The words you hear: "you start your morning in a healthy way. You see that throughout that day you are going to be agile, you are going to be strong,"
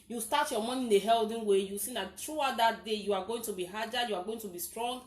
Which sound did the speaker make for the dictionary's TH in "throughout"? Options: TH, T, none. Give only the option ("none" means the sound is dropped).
T